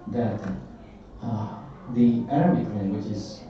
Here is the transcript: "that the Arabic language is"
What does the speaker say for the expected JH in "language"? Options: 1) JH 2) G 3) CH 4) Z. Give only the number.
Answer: 3